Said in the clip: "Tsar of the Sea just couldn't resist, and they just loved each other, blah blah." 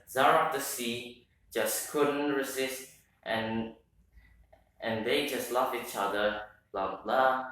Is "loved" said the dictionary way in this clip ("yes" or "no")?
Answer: no